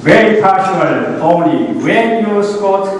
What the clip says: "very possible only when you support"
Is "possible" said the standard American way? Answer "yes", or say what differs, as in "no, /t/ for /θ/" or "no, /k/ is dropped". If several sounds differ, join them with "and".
no, /ʃ/ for /s/